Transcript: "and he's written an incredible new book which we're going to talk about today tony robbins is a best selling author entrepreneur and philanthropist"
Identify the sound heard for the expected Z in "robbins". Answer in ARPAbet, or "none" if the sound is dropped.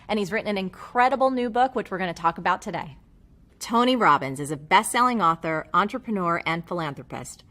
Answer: Z